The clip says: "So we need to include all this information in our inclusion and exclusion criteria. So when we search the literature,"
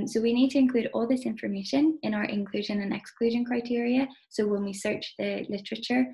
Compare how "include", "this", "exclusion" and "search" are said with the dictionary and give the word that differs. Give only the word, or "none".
none